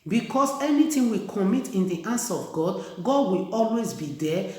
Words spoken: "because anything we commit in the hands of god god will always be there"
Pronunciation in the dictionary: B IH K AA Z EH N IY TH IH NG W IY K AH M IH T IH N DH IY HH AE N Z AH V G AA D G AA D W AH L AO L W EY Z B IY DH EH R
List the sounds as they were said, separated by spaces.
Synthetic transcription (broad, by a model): B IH K AA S EH N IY T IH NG W IY K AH M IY T IH N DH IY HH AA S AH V G AA D G AA D W AH L AO L W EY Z B IY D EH